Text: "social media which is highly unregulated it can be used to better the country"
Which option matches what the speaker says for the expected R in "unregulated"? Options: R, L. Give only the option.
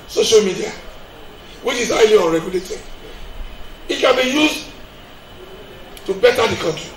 R